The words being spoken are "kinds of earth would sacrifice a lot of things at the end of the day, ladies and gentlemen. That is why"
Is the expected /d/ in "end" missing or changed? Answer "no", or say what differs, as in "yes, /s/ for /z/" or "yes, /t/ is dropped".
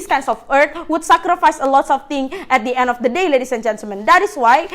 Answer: no